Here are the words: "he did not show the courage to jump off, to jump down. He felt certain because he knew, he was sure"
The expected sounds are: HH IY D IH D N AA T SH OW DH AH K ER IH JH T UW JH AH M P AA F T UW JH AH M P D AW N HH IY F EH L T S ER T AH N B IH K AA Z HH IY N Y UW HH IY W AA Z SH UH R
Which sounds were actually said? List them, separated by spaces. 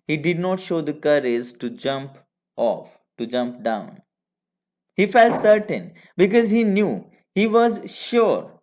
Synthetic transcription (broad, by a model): HH IY D IH D N AA T SH OW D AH K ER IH Z T UW JH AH M P AA F T UW JH AH M P D AW N HH IY F EH L T S ER T AH N B IH K AA Z HH IY N Y UW HH IY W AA Z SH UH R